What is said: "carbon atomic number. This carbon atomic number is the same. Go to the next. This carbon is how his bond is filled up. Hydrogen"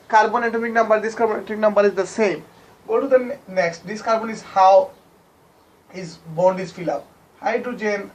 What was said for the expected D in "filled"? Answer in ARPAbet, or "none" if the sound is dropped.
none